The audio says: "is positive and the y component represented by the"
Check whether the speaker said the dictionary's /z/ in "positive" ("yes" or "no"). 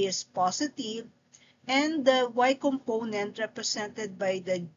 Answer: no